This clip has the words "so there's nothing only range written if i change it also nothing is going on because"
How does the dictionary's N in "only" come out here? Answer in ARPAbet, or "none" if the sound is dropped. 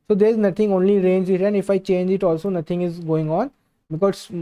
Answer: N